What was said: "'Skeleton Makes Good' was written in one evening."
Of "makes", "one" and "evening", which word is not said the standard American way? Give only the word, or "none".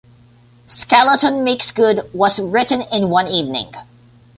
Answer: none